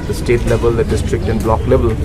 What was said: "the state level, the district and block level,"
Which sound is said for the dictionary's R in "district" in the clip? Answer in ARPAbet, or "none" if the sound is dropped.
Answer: R